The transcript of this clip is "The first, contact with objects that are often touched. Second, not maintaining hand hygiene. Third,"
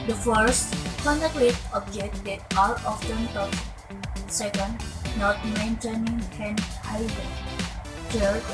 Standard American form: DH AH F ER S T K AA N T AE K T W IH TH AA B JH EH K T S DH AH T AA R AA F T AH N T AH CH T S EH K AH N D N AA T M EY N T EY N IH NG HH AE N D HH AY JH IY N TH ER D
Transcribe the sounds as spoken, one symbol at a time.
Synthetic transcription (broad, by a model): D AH F ER S T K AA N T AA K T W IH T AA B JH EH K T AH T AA L AA F T AH N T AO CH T S EH K AH N D N AA T M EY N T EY N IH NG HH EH N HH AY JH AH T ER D